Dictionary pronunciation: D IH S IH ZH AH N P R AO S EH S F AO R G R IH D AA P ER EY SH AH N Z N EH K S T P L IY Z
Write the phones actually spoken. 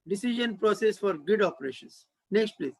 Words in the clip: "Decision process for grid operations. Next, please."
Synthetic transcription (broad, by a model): D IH S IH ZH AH N P R AO S EH S F AO R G IH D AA P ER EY SH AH N S N EH K S T P L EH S